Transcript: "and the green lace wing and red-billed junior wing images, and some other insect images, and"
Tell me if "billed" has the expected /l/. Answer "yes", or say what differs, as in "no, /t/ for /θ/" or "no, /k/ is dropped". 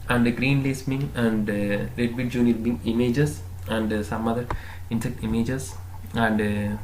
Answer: no, /l/ is dropped